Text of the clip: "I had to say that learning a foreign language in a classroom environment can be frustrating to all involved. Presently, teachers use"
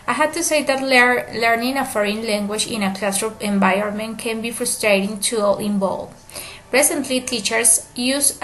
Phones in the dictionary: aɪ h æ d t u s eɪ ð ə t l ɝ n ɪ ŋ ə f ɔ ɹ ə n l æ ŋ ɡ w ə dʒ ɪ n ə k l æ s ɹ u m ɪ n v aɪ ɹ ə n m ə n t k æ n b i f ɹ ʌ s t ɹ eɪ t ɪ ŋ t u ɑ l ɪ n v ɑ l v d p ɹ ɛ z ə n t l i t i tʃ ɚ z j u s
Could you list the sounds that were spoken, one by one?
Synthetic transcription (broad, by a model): aɪ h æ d t u s eɪ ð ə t l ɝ n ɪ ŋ ə f ɔ ɹ ə n l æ ŋ ɡ w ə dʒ ɪ n ə k l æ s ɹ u ɪ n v aɪ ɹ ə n m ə n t k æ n b i f ɹ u s t ɹ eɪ t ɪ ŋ t u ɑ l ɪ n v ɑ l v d p ɹ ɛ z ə n t l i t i tʃ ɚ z j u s